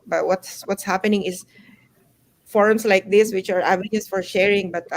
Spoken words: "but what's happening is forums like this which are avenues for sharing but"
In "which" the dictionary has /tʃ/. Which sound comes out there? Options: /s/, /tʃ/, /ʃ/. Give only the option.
/tʃ/